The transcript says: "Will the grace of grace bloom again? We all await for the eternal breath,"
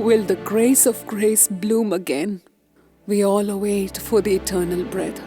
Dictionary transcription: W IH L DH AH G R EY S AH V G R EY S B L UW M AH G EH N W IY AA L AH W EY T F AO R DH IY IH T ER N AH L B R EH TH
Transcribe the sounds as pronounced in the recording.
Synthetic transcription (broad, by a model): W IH L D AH G R EY S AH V G R EY S B L UW M AH G EH N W IY AA L AH W EY T F AO R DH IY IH T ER N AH L B R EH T